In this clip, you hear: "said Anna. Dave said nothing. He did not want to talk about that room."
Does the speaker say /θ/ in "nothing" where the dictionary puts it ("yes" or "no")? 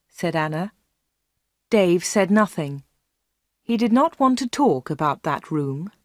yes